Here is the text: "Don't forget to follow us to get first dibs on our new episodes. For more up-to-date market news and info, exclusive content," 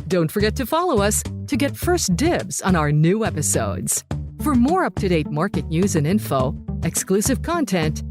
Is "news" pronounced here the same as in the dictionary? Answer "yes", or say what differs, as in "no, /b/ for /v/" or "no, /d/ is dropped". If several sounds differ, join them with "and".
yes